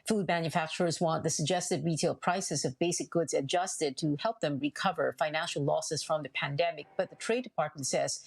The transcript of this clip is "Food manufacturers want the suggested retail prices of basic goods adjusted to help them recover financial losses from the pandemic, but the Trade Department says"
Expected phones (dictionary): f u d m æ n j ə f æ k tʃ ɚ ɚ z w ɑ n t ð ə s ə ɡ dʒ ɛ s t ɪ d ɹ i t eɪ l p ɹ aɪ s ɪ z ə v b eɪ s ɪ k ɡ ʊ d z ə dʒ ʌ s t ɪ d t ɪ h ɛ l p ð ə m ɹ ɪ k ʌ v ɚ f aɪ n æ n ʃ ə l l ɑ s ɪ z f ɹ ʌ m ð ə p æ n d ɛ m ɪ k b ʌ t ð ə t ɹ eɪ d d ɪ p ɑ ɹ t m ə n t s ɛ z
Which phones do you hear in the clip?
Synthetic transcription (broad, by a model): f u d m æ n j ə f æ k tʃ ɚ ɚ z w ɑ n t ð ə s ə ɡ dʒ ɛ s t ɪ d ɹ i t eɪ l p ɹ aɪ s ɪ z ə v b eɪ s ɪ k ɡ ʊ d z ə dʒ ʌ s t ɪ d t ɪ h ɛ l p ð ə m ɹ ɪ k ʌ v ɚ f aɪ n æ n ʃ l l ɑ s ɪ z f ɹ ʌ m ð ə p æ n d ɛ m ɪ k b ʌ t ð ə t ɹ eɪ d d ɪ p ɑ ɹ t m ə n t s ɛ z